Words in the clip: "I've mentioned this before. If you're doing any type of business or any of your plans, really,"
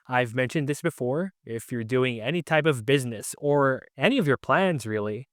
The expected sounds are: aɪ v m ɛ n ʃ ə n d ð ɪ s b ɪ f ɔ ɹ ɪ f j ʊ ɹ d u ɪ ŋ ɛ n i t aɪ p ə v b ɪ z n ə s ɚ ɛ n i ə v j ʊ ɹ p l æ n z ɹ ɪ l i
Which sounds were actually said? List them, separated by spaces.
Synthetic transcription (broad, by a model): aɪ v m ɛ n ʃ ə n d ð ɪ s b ɪ f ɔ ɹ ɪ f j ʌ ɹ d u ɪ ŋ ɛ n i t aɪ p ə v b ɪ z n ə s ɚ ɛ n i ə v j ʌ ɹ p l æ n z ɹ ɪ l i